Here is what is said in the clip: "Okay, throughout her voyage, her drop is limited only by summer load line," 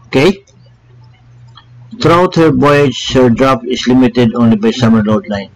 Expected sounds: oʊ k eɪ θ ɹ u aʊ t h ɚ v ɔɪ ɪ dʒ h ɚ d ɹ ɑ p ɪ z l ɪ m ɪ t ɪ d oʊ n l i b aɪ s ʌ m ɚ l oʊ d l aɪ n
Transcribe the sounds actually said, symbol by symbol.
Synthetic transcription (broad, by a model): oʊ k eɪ t ɹ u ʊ t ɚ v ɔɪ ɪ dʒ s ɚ d ɹ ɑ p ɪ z l ɪ m ɪ t ɪ d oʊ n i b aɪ s ʌ m ɚ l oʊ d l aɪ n